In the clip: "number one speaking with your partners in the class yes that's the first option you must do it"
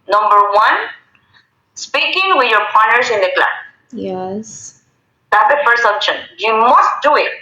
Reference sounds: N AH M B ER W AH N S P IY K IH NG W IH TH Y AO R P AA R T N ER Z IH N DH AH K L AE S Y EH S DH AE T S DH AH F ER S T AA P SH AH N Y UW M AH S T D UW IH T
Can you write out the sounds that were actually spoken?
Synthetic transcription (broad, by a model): N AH M B ER W AH N S P IY K IH NG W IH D Y AO R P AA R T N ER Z IH N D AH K L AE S Y EH S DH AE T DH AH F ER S AA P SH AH N Y UW M AH S T D UW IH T